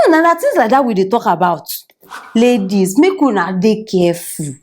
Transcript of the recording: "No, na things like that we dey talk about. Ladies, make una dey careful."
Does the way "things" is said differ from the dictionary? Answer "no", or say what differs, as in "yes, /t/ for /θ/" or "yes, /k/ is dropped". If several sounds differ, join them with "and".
yes, /t/ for /θ/ and /ŋ/ is dropped